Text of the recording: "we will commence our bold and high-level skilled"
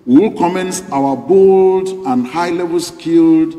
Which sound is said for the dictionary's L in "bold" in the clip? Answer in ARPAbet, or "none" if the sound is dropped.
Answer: L